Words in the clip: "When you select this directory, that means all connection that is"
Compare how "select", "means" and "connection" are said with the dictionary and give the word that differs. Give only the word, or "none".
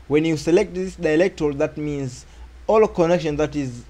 none